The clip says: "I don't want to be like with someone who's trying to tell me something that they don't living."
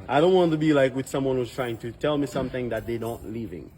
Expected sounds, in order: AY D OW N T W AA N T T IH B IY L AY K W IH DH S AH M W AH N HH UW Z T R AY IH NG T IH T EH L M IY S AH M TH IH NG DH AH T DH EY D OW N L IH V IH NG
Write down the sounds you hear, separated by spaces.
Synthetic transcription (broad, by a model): AY D OW N T W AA N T T IH B IY L AY K W IH DH S AH M W AH N HH UW Z T R AY IH NG T IH T EH L M IY S AH M TH IH NG DH AH T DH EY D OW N L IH V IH NG